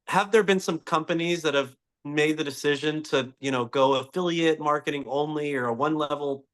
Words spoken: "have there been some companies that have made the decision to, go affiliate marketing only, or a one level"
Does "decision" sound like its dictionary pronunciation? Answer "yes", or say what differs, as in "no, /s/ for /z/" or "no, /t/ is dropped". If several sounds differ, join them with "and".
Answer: yes